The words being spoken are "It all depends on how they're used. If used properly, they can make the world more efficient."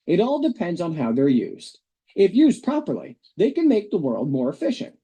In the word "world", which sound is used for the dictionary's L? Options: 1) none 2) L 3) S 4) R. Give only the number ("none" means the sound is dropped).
2